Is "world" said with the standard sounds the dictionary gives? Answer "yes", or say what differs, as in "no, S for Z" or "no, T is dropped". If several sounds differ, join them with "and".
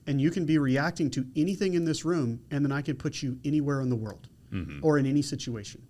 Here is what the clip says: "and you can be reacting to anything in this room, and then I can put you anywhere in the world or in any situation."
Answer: yes